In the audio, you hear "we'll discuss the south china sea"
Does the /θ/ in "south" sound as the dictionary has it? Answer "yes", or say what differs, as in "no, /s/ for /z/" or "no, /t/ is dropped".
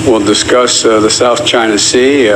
yes